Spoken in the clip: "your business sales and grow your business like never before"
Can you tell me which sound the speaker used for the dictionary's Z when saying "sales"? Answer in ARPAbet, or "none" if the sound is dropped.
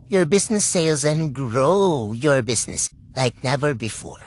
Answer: Z